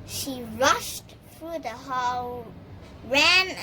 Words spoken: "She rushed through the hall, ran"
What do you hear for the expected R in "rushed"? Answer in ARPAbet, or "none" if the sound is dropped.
R